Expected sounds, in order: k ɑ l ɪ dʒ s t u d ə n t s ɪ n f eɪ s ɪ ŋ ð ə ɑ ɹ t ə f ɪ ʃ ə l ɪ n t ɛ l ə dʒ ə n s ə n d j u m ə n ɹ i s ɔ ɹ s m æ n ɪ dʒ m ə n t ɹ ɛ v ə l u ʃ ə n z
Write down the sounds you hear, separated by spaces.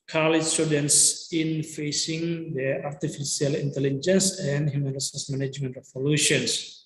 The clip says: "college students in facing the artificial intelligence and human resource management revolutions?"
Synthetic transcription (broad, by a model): k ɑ l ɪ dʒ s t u d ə n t s ɪ n f eɪ s ɪ ŋ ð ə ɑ ɹ t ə f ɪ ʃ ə l ɪ n t ɛ l ə dʒ ə n s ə n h j u m ə n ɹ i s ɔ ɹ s m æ n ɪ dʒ m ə n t ɹ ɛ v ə l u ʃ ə n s